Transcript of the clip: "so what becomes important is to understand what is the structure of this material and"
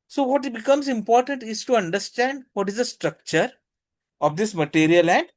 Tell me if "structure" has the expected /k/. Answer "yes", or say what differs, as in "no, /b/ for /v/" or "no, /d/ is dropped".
yes